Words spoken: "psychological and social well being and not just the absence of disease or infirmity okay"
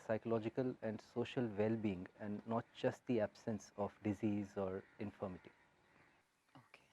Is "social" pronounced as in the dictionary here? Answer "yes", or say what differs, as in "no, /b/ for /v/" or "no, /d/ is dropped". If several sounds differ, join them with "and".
yes